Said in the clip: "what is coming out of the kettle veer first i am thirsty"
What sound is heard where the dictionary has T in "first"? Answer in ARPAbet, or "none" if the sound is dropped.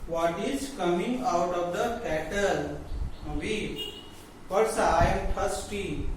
none